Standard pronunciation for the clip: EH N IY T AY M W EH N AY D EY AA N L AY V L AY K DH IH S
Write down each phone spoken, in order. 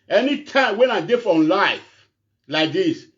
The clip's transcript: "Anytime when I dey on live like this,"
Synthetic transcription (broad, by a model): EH N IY T AY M W EH N AY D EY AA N L AY F L AY K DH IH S